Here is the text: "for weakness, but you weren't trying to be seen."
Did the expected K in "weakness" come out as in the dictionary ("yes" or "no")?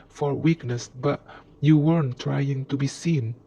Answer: yes